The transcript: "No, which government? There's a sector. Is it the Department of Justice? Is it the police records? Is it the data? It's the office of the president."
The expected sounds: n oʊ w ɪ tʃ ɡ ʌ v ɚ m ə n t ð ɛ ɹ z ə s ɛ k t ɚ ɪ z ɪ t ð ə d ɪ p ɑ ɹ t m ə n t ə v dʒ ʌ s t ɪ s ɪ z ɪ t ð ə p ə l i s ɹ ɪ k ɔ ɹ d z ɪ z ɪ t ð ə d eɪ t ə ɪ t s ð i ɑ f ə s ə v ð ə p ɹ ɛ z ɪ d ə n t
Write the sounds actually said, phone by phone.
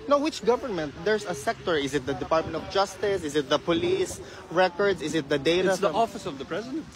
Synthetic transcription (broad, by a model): n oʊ w ɪ tʃ ɡ ʌ v ɚ m ə n t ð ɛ ɹ s ə s ɛ k t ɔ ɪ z ɪ t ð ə d ɪ p ɑ ɹ t m ə n t ə v dʒ ʌ s t ɪ s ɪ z ɪ t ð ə p ə l i s ɹ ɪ k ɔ ɹ d s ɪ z ɪ t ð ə d eɪ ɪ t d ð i ɑ f ə s ə v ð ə p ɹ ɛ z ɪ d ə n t